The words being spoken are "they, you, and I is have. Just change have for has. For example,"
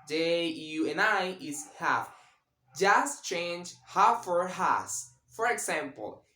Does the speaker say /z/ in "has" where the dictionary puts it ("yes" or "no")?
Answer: no